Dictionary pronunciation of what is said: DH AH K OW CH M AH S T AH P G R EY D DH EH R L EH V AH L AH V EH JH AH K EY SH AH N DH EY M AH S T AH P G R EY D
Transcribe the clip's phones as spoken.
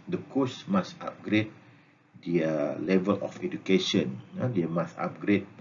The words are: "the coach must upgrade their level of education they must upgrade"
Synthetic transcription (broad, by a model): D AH K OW S M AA S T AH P G R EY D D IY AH L EH V AH L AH F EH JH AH K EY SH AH N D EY M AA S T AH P G R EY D